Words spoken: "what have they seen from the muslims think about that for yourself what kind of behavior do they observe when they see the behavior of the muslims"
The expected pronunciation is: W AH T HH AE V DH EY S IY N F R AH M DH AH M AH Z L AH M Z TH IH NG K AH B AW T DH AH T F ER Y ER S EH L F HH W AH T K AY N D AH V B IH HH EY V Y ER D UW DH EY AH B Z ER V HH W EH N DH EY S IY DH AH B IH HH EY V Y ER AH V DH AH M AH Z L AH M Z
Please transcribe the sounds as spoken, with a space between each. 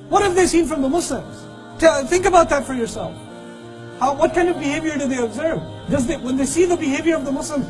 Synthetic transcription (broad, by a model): W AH T HH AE V DH EY S IY N F R AH M DH AH M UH S L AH M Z TH IH NG K AH B AW T DH AH T F ER Y ER S EH L F HH W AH T K AY N D AH V B IH HH EY V Y ER D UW DH EY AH B Z ER V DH W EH N DH EY S IY DH AH B IH HH EY V Y ER AH V DH AH M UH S L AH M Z